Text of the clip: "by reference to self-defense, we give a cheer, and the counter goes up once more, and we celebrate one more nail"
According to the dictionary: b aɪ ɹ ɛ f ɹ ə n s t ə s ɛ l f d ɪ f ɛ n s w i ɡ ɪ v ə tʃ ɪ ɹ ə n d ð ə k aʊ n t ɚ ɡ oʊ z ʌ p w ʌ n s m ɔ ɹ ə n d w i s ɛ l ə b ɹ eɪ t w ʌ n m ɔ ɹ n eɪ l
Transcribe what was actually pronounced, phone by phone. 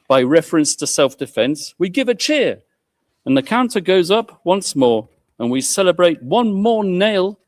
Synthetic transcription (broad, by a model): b aɪ ɹ ɛ f ɹ ə n s t ə s ɛ l f d ɪ f ɛ n s w i ɡ ɪ v ə tʃ ɪ ɹ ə n ð ə k aʊ n t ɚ ɡ oʊ z ʌ p w ʌ n s m ɔ ɹ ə n w i s ɛ l ə b ɹ eɪ t w ʌ n m ɔ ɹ n eɪ l